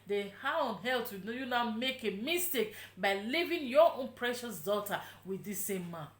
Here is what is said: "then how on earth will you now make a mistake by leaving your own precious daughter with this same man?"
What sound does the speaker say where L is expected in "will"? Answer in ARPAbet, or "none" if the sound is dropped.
N